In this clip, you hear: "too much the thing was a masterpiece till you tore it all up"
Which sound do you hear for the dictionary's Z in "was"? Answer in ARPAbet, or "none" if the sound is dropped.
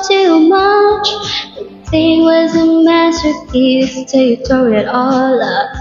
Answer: Z